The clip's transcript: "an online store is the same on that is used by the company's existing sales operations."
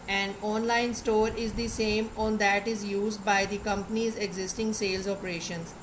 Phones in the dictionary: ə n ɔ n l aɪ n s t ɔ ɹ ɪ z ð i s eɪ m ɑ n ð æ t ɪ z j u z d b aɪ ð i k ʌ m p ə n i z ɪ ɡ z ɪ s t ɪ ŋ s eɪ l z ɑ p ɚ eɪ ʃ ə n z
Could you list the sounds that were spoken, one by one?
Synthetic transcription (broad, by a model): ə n ɔ n l aɪ n s t ɔ ɹ ɪ z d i s eɪ m ɑ n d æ t ɪ z j u z d b aɪ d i k ʌ m p ə n i z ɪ ɡ z ɪ s t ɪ ŋ s eɪ l z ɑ p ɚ eɪ ʃ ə n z